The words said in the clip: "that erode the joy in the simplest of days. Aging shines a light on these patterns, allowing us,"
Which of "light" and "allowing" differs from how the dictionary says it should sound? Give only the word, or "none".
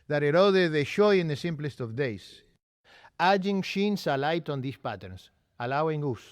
none